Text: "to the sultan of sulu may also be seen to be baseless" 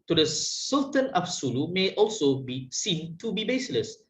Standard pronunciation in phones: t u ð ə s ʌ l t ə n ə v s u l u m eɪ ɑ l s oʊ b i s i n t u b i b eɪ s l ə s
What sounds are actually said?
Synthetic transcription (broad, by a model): t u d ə s ʌ l t ə n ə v s u l u m eɪ ɑ l s oʊ b i s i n t u b i b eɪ s l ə s